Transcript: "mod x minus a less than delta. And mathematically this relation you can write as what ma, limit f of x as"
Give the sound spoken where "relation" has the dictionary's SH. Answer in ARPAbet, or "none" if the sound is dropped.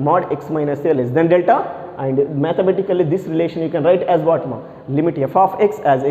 SH